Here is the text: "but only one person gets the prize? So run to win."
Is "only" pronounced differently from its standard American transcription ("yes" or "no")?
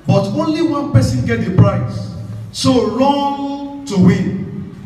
no